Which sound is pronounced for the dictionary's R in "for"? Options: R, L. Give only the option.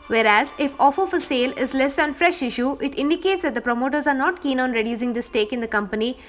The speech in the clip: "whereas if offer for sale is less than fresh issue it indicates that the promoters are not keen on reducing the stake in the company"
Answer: L